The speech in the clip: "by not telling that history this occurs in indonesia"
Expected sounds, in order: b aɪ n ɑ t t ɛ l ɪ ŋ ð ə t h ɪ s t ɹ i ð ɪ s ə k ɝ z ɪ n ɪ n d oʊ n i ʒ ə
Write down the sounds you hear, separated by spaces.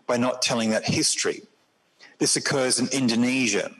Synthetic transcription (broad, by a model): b aɪ n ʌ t t ɛ l ɪ ŋ ð ə t h ɪ s t ɹ i ð ɪ s ə k ɝ z ɪ n ɪ n d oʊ n i ʒ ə